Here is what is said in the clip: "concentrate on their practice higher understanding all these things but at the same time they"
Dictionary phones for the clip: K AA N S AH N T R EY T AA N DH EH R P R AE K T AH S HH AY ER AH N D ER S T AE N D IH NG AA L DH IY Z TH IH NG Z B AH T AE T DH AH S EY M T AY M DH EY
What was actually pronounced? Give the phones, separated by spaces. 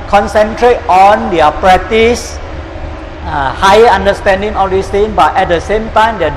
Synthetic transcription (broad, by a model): K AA N S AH N T R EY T AA N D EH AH P R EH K T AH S HH AY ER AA N D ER S T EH N D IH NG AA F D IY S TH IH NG B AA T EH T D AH S EY M T AY M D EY